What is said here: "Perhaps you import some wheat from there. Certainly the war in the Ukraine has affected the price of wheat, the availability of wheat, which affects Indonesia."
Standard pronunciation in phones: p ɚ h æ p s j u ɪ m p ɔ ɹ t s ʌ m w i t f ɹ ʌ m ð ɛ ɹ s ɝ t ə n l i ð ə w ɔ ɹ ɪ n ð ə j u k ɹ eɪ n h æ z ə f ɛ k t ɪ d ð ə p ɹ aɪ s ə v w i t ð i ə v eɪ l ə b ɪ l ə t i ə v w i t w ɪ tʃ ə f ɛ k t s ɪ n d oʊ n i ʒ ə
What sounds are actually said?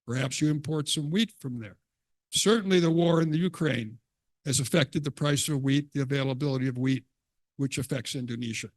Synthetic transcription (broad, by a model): p ɚ h æ p s j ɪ ɪ m p ɔ ɹ t s ʌ m w i t f ɹ ʌ m ð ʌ ɹ s ɝ t n l i ð ə w ɔ ɹ ɪ n ð ə j u k ɹ eɪ n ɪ z ə f ɛ k t ɪ d ð ə p ɹ aɪ s ə v w i t ð i ə v eɪ l ə b ɪ l ə t i ə v w i t w ɪ tʃ ə f ɛ k t s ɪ n d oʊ n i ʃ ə